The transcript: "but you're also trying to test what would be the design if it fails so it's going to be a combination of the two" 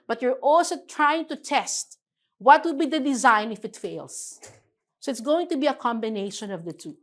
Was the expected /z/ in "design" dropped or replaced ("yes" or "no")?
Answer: no